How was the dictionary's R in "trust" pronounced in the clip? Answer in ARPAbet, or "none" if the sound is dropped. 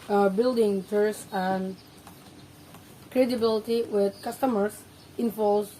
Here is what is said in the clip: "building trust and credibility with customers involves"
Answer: none